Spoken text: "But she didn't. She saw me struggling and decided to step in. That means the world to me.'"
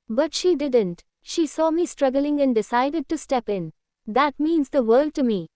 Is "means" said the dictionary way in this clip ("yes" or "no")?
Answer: yes